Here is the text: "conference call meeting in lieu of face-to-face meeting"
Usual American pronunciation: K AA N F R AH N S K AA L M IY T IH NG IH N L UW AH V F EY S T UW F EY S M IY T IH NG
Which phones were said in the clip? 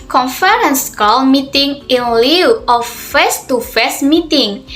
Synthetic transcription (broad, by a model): K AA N F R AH N S K AA L M IY T IH NG IH N L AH W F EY S T UW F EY S M IY T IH NG